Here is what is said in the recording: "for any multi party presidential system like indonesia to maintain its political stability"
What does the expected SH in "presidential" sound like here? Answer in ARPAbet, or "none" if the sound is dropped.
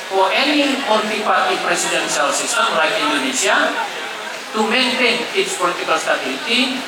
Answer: S